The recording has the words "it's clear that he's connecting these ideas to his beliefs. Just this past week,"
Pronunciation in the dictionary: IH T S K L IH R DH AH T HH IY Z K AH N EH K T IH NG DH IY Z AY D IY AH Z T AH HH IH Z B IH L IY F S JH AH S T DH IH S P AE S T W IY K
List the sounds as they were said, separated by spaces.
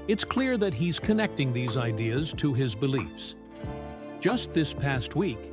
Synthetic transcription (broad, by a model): IH T S K L IH R DH AH T HH IY Z K AH N EH K T IH NG DH IY Z AY D IY AH Z T AH IH Z B IH L IY F S JH AH S T DH IH S P AE S T W IY K